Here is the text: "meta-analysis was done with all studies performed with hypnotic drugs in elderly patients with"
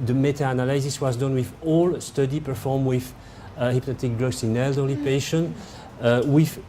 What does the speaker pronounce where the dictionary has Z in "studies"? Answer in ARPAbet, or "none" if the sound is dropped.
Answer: none